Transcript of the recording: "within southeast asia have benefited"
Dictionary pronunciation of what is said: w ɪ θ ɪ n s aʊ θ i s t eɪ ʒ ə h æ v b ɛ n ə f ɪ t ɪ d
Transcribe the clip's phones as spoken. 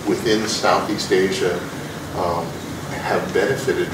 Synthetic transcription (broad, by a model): w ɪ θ ɪ n s aʊ θ i s t eɪ ʒ ə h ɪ v b ɛ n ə f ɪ t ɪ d